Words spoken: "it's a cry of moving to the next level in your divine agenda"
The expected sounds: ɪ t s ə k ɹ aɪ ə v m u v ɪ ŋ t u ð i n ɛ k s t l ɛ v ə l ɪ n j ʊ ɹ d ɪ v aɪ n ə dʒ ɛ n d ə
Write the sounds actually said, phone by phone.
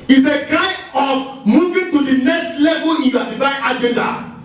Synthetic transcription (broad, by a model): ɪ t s ə k ɹ aɪ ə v m u v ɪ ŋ t u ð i n ɛ k s t l ɛ v ə l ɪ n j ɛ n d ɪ f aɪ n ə dʒ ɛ n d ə